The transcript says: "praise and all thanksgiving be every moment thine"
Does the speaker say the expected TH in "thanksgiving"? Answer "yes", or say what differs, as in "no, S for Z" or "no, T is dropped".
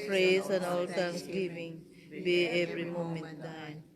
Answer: no, T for TH